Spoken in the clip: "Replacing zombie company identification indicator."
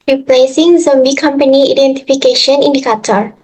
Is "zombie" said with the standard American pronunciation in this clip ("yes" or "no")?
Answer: yes